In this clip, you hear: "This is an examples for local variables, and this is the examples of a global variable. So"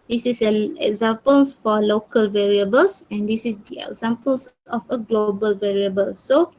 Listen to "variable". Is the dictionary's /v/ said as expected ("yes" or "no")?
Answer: yes